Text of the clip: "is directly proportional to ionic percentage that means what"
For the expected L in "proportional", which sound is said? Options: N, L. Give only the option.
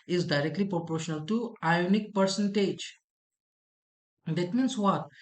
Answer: L